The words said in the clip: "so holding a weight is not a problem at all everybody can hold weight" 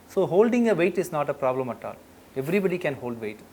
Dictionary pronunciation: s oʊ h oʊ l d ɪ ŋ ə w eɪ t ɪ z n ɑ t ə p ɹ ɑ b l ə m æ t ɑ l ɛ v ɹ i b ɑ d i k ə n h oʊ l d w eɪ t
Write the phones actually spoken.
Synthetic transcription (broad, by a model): s oʊ h oʊ l d ɪ ŋ ə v eɪ t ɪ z n ɑ t ə p ɹ ɑ b l ə m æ t ɑ l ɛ v ɹ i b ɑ d i k ə n h oʊ l d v eɪ t